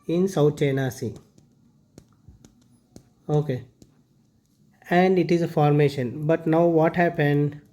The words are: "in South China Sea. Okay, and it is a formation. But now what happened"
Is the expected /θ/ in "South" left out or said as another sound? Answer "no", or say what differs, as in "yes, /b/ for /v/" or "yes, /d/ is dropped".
yes, /t/ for /θ/